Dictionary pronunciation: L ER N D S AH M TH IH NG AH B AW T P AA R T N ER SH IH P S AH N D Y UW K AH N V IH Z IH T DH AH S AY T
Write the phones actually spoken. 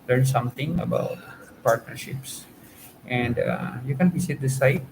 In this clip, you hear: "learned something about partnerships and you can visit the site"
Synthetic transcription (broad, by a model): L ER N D S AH M T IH NG AH B AW T P AA R T N ER SH IH P S AH N D Y UW K AH N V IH S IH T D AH S AY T